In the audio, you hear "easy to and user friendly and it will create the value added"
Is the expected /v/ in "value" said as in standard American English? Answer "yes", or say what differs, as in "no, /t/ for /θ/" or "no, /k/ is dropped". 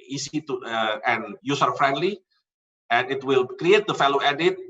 no, /f/ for /v/